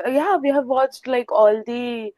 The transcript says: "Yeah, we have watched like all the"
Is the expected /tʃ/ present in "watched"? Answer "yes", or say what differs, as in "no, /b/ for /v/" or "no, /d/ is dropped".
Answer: yes